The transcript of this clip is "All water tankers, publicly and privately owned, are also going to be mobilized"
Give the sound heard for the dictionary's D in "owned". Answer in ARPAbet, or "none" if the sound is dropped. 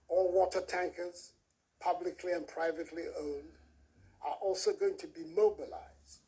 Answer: D